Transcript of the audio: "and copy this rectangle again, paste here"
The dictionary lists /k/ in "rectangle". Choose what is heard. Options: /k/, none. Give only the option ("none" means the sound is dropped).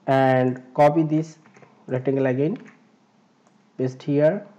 none